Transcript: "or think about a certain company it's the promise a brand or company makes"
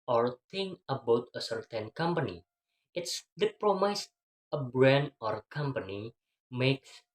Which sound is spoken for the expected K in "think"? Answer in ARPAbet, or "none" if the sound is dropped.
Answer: none